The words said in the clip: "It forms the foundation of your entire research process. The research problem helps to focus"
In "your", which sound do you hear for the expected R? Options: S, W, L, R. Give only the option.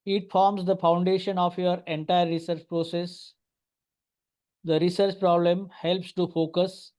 R